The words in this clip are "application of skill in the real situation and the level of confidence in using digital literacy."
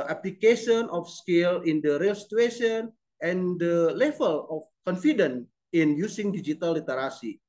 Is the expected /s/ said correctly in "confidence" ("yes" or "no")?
no